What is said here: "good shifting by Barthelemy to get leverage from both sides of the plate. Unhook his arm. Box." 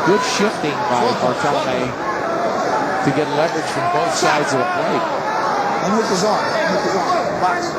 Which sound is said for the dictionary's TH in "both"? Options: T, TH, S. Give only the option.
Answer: TH